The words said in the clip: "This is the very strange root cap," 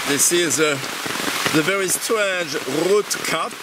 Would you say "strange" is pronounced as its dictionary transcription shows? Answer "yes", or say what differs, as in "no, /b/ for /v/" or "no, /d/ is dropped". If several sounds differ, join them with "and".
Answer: no, /n/ is dropped